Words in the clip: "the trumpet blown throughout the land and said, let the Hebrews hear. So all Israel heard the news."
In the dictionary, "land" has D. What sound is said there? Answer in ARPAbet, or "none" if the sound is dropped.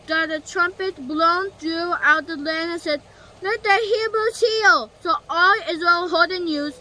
none